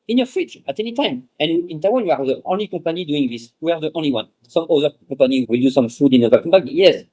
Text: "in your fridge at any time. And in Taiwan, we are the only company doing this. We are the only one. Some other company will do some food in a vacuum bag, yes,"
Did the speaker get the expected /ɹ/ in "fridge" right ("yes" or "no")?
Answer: no